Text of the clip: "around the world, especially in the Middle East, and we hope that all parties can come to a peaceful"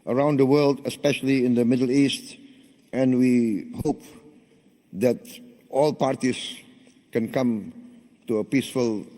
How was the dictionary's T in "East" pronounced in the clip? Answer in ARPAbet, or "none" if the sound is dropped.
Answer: T